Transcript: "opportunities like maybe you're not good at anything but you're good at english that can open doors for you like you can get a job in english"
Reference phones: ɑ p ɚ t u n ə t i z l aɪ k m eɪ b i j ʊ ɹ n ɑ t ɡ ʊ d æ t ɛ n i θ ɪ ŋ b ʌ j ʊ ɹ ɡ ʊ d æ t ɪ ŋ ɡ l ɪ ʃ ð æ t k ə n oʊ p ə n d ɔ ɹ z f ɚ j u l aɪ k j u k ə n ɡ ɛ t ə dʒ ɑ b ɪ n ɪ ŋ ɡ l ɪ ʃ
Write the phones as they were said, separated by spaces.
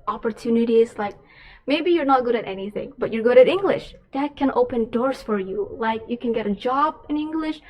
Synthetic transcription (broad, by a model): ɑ p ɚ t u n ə t i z l aɪ k m eɪ b i j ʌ ɹ n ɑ t ɡ ʊ d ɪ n ɛ n i θ ɪ ŋ b ʌ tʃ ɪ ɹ ɡ ʊ d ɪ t ɪ ŋ ɡ l ɪ ʃ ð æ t k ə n oʊ p ə n d ɔ ɹ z f ɚ j u l aɪ k j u k ə n ɡ ɛ t ə dʒ ɑ b ɪ n ɪ ŋ ɡ l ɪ ʃ